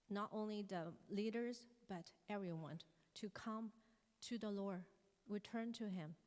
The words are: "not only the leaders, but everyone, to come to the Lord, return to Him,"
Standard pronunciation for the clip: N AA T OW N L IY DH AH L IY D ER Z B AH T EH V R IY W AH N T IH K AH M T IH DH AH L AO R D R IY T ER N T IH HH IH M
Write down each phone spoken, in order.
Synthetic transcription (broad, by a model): N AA T OW N L IY DH AH L IY D ER Z B AH T EH V R IY W AH N T IH K AH M T IH DH AH L AO R D R IY T ER N T IH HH IH M